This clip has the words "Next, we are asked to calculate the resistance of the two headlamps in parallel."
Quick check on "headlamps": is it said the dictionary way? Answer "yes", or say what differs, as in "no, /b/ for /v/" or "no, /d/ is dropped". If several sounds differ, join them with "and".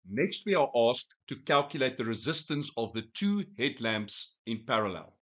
yes